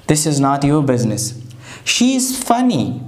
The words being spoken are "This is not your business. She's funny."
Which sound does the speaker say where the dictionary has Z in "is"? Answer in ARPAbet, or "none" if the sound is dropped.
Z